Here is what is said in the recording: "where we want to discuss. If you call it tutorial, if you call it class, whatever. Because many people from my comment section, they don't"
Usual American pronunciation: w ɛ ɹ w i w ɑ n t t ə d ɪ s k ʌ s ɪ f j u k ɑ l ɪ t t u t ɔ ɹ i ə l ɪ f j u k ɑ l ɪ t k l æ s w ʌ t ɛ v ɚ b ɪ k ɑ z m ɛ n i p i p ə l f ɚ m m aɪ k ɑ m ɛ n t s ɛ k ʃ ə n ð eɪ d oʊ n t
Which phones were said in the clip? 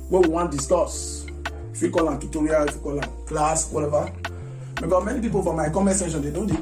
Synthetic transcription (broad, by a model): w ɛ w i w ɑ n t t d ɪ s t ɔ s ɪ f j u k ɑ l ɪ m t u t ɔ ɹ i ə l ɪ f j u k ɑ l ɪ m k l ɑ s w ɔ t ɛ v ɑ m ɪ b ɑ m ɛ n i p i p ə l f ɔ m m aɪ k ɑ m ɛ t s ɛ ʃ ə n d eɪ d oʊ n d